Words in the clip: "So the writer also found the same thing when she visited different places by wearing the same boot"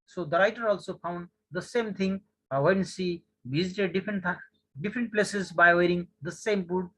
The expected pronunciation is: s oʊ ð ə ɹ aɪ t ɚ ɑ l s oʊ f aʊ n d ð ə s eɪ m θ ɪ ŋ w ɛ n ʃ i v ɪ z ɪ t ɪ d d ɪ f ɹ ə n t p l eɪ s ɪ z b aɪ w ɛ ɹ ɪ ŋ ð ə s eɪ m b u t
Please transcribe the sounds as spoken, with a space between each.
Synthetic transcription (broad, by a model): s oʊ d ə ɹ aɪ t ɚ ɑ l s oʊ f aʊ n d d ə s eɪ m t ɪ ŋ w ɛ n s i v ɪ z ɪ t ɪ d d ɪ f ɹ ə n t p l eɪ s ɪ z b aɪ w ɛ ɹ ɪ ŋ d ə s eɪ m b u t